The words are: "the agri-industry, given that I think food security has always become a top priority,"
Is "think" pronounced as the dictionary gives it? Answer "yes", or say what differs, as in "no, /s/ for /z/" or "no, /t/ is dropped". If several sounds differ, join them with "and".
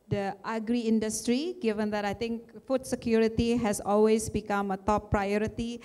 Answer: no, /t/ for /θ/